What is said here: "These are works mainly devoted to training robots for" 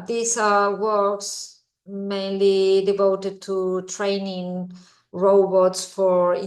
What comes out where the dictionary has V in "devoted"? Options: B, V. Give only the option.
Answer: V